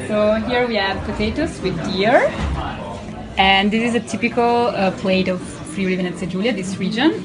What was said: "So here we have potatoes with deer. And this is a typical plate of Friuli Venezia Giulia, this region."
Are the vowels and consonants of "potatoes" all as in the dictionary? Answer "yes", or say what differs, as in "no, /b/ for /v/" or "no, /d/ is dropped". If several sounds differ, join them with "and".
no, /s/ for /z/